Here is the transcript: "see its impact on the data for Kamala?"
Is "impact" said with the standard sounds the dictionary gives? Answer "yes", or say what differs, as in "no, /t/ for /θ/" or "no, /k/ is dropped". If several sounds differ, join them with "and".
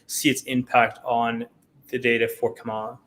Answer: yes